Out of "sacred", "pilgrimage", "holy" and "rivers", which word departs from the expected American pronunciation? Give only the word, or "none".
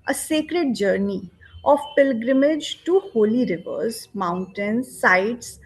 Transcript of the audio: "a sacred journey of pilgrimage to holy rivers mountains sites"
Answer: none